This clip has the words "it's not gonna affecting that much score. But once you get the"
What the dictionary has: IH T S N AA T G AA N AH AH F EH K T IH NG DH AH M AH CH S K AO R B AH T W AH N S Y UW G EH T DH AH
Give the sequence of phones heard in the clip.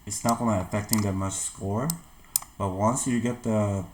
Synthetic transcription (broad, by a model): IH T S N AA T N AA AH AH F EH K T IH NG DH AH M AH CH S K AO R B AH T W AH N S Y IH G EH T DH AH